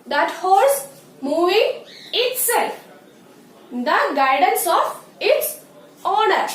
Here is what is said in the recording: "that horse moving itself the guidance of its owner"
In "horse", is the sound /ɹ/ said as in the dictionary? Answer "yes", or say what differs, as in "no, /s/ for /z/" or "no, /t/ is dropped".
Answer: no, /l/ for /ɹ/